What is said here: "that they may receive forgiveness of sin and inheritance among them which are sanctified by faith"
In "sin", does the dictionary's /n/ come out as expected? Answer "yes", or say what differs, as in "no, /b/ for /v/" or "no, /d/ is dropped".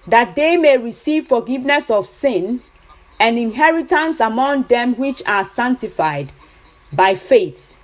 yes